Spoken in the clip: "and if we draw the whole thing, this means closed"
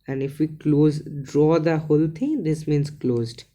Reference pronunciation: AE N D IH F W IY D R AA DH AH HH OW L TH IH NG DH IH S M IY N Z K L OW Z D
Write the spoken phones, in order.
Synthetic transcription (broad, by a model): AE N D IH F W IY D R AA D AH HH OW L T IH NG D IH S M IY N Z K L OW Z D